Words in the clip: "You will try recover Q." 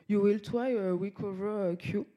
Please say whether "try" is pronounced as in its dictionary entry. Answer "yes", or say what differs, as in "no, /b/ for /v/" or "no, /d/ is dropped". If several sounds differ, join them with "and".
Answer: no, /w/ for /ɹ/